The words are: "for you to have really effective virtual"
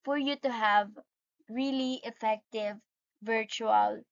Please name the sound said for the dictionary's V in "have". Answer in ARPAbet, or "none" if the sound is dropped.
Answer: V